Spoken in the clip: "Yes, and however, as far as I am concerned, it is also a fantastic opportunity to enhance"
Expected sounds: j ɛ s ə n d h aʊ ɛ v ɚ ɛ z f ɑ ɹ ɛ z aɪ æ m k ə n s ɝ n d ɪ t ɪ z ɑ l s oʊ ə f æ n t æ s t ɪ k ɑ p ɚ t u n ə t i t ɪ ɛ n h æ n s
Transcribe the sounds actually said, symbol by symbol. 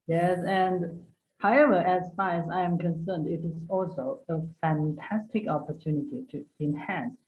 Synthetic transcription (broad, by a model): j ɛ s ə n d h aʊ ɛ v ɚ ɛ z f ɑ ɹ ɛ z aɪ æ m k ə n s ɝ n d ɪ t ɪ z ɑ l s oʊ ə f æ n t æ s t ɪ k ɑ p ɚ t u n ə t i t ɪ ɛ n h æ n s